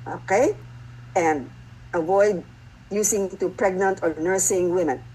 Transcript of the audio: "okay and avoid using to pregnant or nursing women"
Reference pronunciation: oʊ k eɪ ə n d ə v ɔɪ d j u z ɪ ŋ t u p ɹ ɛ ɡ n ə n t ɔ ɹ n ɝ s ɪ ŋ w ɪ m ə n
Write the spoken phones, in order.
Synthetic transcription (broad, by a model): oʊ k eɪ ə n d ə v ɔɪ d j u s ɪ ŋ t u p ɹ ɛ ɡ n ə n t ɔ ɹ n ɝ s ɪ ŋ w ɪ m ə n